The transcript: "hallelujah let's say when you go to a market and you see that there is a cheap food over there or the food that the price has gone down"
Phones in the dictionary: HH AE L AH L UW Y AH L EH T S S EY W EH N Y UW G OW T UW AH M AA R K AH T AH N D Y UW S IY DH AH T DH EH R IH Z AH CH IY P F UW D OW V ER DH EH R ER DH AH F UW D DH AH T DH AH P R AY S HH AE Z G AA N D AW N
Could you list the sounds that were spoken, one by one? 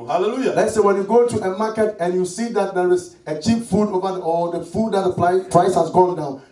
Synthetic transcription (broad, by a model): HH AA L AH L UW Y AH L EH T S S EY W EH N Y UW G OW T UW AH M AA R K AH T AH N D Y UW S IY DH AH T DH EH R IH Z AH CH IY P F UW D OW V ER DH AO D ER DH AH F UW D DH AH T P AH P R AY S HH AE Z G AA L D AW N